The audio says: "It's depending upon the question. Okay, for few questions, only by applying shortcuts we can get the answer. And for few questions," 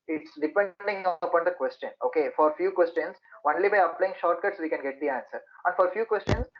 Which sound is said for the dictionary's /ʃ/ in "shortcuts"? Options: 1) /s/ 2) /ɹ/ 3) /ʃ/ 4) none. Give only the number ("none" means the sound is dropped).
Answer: 3